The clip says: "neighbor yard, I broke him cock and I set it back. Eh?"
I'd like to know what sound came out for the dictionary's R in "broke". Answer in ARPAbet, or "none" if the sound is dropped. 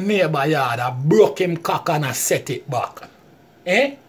none